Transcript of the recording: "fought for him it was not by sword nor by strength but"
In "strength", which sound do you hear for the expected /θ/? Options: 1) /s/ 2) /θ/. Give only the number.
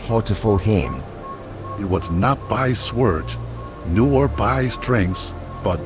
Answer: 1